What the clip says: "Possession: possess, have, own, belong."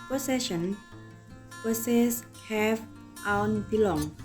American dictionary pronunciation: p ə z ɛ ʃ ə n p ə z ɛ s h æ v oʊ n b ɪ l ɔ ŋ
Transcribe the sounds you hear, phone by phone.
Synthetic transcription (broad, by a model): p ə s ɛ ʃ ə n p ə s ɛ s h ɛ f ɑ n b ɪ l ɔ ŋ